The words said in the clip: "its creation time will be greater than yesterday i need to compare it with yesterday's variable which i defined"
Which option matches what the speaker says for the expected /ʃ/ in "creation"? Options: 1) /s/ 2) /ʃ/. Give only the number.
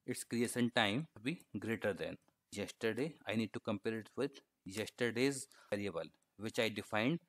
1